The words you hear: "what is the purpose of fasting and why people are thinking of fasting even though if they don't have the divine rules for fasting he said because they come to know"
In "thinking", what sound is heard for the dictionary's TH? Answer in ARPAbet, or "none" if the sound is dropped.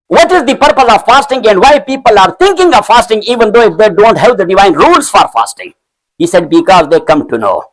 T